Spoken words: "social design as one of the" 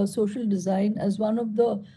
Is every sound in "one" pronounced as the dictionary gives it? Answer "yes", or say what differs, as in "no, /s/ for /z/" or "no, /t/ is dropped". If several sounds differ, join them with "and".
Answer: yes